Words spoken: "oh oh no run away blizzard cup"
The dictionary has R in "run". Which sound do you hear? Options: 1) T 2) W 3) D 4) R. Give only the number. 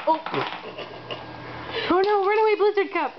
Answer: 2